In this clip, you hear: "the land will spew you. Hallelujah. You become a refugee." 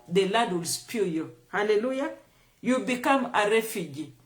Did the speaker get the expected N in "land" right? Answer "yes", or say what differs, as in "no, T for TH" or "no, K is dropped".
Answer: no, N is dropped